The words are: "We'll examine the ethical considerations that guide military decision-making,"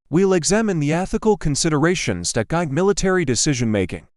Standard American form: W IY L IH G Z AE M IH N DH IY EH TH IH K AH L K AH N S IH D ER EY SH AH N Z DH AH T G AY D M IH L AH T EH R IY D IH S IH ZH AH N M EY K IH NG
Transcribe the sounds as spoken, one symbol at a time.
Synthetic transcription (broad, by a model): W IY L IH G Z AE M IH N DH IY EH TH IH K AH L K AH N S IH D ER EY SH AH N Z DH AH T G AY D M IH L AH T EH R IY D IH S IH ZH AH N M EY K IH NG